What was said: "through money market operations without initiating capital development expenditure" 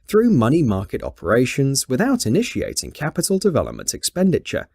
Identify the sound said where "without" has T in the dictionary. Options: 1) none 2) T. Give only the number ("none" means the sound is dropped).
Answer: 2